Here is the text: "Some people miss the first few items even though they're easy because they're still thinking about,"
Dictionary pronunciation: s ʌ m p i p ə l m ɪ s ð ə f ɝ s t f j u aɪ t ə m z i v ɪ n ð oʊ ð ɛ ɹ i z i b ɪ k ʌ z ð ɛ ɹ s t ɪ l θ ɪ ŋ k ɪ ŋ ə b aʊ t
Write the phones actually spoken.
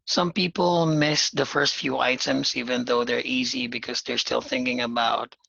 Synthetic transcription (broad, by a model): s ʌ m p i p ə l m ɪ s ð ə f ɝ s t f j u aɪ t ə m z i v ɪ n ð oʊ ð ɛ ɹ i z i b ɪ k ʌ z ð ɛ ɹ s t ɪ l θ ɪ ŋ k ɪ ŋ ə b aʊ t